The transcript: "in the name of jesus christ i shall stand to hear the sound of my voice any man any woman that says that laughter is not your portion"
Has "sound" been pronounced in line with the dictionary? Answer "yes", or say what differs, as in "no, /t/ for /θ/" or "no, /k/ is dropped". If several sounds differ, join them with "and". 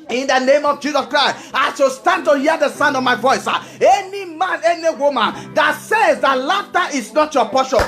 yes